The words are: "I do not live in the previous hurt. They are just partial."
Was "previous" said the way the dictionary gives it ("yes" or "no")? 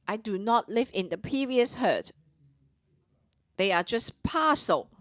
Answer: no